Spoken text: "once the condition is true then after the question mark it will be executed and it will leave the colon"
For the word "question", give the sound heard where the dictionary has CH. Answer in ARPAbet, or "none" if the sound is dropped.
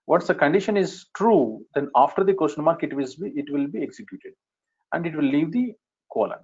SH